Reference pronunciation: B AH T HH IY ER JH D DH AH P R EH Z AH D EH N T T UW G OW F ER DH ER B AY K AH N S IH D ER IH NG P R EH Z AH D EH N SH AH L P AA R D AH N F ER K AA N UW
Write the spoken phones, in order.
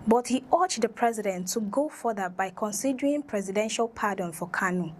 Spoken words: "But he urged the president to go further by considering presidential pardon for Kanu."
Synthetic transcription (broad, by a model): B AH T HH IY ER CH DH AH P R EH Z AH D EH N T T UW G OW F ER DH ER B AY K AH N S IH D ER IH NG P R EH Z AH D EH N SH AH L P AA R D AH N F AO K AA N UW